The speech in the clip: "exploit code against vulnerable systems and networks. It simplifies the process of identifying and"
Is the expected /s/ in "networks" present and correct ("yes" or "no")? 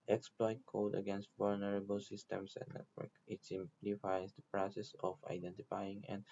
no